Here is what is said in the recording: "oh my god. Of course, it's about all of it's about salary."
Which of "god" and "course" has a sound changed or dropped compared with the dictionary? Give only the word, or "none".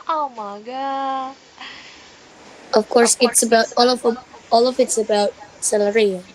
god